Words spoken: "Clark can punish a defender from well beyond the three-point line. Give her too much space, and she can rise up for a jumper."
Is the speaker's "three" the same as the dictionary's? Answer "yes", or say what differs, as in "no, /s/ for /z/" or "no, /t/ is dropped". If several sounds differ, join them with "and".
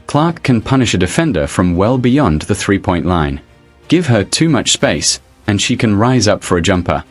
yes